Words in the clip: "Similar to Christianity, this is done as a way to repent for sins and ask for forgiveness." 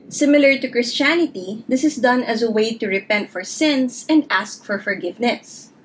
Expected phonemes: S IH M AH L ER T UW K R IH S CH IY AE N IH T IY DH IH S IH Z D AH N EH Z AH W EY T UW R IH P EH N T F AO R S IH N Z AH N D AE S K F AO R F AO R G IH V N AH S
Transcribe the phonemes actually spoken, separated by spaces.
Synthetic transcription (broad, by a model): S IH M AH L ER T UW K R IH S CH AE N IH T IY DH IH S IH S D AH N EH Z AH W EY T UW R IH P EH N T F AO R S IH N S AH N D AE S K F AO R F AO R G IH V N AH S